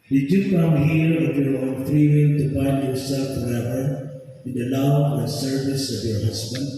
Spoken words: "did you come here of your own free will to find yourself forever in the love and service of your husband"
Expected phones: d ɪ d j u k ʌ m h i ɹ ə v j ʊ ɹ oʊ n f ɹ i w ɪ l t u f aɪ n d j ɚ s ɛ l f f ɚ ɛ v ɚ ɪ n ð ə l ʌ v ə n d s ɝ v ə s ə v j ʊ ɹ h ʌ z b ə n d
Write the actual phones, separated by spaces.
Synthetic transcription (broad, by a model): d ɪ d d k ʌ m h i ɹ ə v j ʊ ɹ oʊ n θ ɹ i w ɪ n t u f aɪ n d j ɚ s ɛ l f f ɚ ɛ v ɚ ɪ n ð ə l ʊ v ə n s ɝ v ə s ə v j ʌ ɹ h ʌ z b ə n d